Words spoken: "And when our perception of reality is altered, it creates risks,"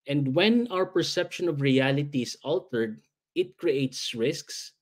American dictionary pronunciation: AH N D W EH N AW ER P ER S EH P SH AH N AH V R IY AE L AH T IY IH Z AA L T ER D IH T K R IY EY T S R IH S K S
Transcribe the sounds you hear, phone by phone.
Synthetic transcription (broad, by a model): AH N D W EH N AW ER P ER S EH P SH AH N AH V R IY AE L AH T IY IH S AA L T ER D IH T K R IY EY T S R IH S K S